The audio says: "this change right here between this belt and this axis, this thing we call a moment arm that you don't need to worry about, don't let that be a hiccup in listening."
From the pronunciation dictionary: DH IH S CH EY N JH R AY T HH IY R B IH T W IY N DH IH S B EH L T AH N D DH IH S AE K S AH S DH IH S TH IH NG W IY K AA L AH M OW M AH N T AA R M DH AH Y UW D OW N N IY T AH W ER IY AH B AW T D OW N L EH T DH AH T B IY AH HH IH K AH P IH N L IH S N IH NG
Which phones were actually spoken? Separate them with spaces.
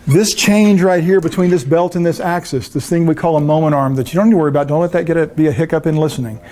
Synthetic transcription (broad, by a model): DH IH S CH EY N JH R AY T HH IY R B IH T W IY N DH IH S B EH L T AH N DH IH S AE K S AH S DH IH S TH IH NG W IY K AA L AH M OW M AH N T AA R M DH AH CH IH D OW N N IY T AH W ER IY AH B AW T D OW N L EH T DH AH T B IY AH HH IH K AH P IH N L IH S N IH NG